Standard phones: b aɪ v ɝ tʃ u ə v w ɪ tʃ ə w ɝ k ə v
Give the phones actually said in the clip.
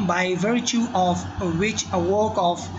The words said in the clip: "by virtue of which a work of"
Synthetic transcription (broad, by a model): b aɪ v ɝ tʃ u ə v w ɪ tʃ ə w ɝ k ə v